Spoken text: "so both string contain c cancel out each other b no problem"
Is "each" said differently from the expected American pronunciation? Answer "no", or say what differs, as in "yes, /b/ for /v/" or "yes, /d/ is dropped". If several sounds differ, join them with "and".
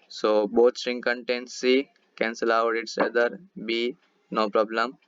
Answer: yes, /s/ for /tʃ/